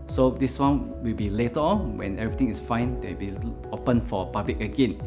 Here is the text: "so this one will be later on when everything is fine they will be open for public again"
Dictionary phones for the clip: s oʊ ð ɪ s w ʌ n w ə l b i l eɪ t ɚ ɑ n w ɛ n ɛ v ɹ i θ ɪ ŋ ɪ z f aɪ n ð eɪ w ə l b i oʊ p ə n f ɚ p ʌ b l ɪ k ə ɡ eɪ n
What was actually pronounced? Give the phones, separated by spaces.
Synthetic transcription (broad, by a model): s oʊ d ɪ s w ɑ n w ə l b i l eɪ t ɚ ɑ n w ɛ n ɛ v ɹ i t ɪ ŋ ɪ s f aɪ n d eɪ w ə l b i oʊ p ə n f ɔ p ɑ b l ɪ k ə ɡ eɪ n